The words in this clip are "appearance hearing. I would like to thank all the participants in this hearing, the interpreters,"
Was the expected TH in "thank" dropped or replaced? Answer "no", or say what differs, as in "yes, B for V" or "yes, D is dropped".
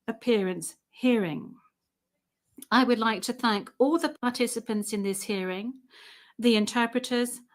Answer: no